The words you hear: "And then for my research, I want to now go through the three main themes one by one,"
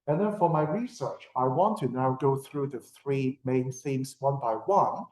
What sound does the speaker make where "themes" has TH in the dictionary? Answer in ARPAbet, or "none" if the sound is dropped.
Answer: S